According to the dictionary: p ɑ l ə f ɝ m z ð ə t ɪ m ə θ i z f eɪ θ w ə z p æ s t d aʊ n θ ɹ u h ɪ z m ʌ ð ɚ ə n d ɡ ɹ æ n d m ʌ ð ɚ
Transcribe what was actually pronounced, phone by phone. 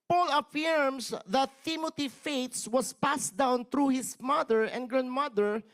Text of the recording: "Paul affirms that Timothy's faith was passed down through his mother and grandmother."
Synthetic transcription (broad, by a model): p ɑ l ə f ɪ m s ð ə t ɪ m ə t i f eɪ s w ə s p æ s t d aʊ n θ ɹ u h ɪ s m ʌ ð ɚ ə n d ɡ ɹ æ n d m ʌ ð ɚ